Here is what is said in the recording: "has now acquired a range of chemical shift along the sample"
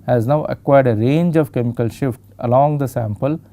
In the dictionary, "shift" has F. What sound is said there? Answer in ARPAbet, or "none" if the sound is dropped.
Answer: F